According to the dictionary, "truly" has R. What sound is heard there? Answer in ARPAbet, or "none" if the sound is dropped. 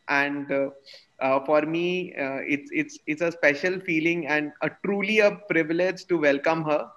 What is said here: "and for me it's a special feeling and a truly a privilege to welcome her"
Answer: R